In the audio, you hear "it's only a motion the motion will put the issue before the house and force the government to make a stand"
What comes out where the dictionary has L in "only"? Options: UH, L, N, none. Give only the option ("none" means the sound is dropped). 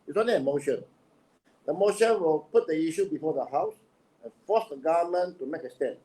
none